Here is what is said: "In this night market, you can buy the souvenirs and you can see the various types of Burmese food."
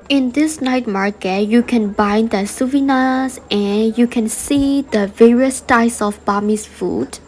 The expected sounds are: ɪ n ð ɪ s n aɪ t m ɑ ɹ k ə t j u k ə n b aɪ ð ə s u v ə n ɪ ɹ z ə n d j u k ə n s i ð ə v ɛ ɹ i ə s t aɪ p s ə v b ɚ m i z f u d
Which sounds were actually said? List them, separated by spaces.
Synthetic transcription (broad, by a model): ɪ n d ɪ s n aɪ t m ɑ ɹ k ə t j u k ə n b aɪ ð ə s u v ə n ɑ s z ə n j u k ə n s i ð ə v ɛ ɹ i ə s t aɪ s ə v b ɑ m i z f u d